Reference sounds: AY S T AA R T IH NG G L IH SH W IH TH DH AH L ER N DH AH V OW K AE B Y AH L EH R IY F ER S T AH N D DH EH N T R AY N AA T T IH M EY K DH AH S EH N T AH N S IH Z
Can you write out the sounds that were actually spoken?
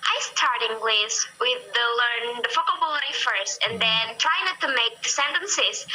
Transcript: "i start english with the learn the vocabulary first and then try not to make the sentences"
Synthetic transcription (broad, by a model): AY S T AA R T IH NG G L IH S W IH DH AH L ER N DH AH F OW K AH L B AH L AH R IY F ER S T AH N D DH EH N T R AY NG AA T T IH M EY K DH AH S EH N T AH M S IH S